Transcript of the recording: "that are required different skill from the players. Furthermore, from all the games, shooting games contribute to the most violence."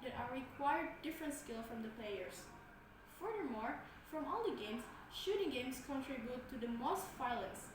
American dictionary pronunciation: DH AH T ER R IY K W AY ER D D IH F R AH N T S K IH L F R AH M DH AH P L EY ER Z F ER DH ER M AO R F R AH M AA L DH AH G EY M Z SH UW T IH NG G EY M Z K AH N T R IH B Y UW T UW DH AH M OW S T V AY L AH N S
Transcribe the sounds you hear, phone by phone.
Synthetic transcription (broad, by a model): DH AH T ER R IY K W AY ER D D IH F R AH N T S K IH L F R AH M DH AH P L EY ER S F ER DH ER M AO R F R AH M AA L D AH G EY M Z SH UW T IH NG G EY M S K AH N T R IH B Y UW T UW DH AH M OW S T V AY L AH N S